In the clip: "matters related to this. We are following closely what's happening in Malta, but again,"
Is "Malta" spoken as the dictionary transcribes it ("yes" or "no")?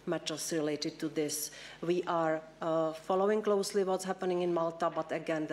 yes